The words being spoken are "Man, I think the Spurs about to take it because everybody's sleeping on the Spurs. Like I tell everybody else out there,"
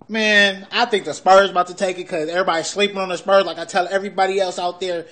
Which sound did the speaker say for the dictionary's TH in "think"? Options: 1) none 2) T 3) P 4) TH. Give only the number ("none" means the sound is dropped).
4